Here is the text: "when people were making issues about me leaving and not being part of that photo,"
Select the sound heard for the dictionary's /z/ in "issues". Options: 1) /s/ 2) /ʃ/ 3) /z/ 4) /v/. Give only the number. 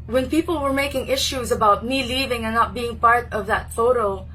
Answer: 3